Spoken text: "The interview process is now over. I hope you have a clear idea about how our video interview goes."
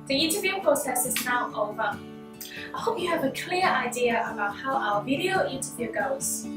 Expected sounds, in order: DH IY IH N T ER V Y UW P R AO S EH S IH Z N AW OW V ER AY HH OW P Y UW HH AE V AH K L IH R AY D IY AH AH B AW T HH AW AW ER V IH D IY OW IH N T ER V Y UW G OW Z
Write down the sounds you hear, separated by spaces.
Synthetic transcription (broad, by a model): DH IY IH N T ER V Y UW P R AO S EH S IH Z N AW OW V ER AY HH OW P Y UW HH V AH K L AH R AY D IY AH AH B AW T HH AW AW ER V IH D IY OW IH N T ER V Y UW G OW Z